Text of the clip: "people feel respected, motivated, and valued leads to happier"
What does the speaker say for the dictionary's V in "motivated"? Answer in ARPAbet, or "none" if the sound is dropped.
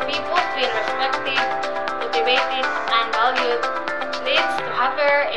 B